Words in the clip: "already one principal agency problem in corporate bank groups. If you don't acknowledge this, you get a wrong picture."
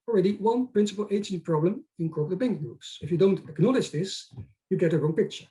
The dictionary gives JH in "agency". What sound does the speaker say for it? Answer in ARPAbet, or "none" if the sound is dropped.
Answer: none